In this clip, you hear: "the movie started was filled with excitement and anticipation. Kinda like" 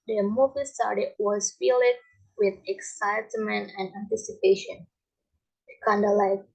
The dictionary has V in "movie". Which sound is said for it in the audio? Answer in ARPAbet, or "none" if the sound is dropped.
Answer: V